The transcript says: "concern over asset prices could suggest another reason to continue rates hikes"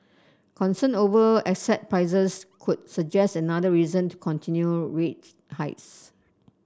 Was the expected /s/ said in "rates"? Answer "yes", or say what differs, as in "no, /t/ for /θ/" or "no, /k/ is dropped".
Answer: no, /s/ is dropped